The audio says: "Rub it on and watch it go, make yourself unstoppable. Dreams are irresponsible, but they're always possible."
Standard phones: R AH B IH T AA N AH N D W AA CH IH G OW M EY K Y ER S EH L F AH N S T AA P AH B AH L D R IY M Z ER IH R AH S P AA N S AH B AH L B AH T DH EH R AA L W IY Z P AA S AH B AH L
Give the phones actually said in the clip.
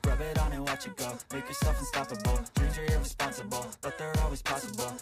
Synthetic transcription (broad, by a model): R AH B IH T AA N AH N W AA CH IH G OW M EY K Y ER S EH L F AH N S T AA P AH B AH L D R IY Z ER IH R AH S P AA N S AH B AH L B AH T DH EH R AA L W IY Z P AA S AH B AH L